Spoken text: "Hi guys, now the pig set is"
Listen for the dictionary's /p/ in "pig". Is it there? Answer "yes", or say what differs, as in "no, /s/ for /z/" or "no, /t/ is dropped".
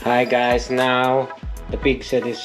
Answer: no, /b/ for /p/